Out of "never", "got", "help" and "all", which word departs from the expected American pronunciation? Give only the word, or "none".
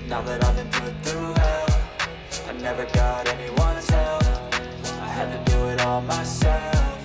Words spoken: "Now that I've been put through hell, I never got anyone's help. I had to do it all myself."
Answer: help